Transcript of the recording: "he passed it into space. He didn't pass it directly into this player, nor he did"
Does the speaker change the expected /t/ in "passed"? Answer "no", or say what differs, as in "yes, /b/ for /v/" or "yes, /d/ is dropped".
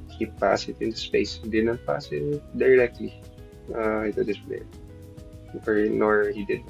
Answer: yes, /t/ is dropped